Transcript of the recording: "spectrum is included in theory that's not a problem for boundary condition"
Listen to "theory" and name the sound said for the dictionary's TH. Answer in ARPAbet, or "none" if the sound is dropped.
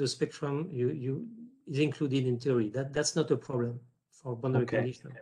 T